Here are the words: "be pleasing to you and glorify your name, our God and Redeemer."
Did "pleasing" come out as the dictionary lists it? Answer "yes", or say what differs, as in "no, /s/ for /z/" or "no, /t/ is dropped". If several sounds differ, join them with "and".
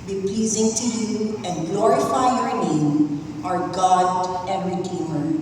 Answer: yes